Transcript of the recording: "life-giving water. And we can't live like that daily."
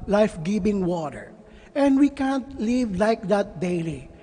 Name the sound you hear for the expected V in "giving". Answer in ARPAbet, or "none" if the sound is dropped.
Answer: B